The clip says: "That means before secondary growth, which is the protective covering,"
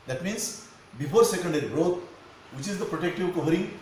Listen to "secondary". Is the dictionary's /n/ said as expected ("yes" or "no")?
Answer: yes